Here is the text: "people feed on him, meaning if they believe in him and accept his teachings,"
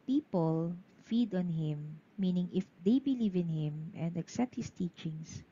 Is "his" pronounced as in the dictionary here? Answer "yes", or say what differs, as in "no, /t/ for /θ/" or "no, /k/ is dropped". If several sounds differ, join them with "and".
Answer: no, /s/ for /z/